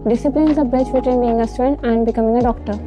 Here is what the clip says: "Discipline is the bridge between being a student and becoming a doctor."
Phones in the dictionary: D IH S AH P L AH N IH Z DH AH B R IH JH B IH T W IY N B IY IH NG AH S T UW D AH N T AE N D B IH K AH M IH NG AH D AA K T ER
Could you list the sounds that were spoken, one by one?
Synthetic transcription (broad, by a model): D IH S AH P L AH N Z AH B IH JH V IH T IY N B IY IH NG AH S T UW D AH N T AE N D B IH K AH M IH NG AH D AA K T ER